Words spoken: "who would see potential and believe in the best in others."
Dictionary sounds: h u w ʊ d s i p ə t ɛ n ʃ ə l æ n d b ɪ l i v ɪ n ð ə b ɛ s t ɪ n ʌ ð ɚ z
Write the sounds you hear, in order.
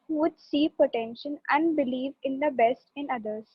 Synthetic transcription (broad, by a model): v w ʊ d s i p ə t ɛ n ʃ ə n æ n d b ɪ l i v ɪ n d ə b ɛ s t ɪ n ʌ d ɚ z